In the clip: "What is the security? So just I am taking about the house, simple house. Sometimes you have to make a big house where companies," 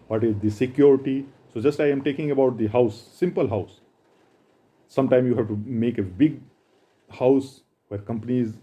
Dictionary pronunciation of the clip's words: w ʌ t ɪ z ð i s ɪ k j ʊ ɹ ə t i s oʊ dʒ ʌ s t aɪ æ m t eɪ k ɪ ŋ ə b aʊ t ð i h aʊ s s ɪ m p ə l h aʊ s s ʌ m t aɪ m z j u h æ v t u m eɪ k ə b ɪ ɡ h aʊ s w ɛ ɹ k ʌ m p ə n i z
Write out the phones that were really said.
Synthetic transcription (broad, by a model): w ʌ t ɪ z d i s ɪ k j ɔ ɹ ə t i s oʊ dʒ ʌ s t aɪ m t eɪ k ɪ ŋ ə b aʊ t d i h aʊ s s ɪ m p ə l h aʊ s s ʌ m t aɪ m j u h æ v t u m eɪ k ə b ɪ ɡ h aʊ s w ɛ ɹ k ʌ m p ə n i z